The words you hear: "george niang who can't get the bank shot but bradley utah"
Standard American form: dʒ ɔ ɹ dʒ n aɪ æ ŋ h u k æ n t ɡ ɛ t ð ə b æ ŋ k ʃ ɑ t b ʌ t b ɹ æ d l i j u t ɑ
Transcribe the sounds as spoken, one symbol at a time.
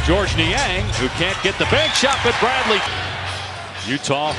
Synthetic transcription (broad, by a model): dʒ ɔ ɹ dʒ n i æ ŋ h u k æ n ɡ ɛ t ð ə b æ ŋ k ʃ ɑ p b ʌ t b ɹ æ d l i j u t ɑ